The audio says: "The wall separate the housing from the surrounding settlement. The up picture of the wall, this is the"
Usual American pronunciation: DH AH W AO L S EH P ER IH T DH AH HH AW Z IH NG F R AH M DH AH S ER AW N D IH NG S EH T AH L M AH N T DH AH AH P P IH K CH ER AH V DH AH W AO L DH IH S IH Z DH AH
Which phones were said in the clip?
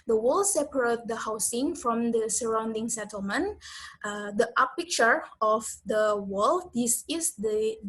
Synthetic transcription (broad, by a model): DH AH W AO L S EH P ER IH T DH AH HH AW S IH NG F R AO M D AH S ER AW N D IH NG S EH T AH L M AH N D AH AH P P IH K CH ER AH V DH AH W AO L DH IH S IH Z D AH